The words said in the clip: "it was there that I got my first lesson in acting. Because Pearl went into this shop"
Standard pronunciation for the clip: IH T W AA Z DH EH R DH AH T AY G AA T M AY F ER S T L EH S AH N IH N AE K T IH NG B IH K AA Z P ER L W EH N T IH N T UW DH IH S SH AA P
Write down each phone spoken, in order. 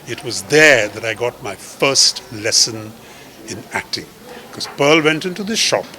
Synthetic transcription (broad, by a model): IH T W AA Z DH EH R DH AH T AY G AA T M AY F ER S T L EH S AH N IH N AE K T IH NG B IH K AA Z P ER L W EH N T IH N T UW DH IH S SH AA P